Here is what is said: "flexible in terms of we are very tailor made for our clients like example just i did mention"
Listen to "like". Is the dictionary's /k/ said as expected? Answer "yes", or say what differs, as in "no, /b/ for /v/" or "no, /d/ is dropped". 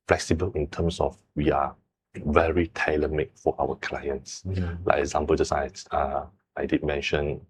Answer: no, /k/ is dropped